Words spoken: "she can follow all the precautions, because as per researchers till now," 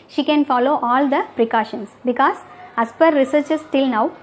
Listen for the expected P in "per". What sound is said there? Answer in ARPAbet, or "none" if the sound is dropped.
P